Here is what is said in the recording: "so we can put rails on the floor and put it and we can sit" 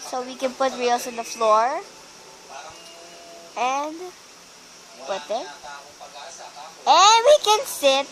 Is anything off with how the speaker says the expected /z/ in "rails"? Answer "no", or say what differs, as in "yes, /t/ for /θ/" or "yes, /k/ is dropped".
yes, /s/ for /z/